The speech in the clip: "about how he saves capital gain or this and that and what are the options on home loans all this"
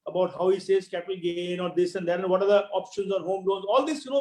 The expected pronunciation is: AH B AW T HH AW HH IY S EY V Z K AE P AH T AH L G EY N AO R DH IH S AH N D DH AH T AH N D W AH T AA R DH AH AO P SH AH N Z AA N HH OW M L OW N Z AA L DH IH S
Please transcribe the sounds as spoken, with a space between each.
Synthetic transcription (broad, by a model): AH B AW T HH AW HH IY S EY Z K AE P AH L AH G EY N AO R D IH S AH N D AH T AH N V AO T AA R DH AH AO P SH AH N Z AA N HH OW M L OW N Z AA L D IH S